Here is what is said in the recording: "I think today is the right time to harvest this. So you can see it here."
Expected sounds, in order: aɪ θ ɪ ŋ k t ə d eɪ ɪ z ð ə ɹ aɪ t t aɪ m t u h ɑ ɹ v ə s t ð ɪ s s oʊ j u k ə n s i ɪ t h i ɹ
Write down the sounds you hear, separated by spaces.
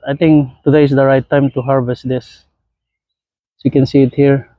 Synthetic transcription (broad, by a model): aɪ t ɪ ŋ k t ə d eɪ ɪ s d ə ɹ aɪ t t aɪ m t u h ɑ ɹ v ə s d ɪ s s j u k ə n s i ɪ t h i ɹ